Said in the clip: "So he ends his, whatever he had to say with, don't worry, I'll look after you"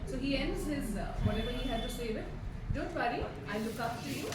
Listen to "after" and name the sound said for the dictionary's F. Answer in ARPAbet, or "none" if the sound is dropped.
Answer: P